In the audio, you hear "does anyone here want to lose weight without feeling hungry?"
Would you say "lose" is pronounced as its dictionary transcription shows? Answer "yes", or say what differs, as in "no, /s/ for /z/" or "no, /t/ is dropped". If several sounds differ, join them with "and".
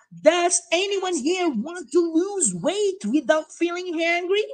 yes